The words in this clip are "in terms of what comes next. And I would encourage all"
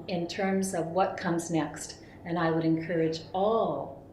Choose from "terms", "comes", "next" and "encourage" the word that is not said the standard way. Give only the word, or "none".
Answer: none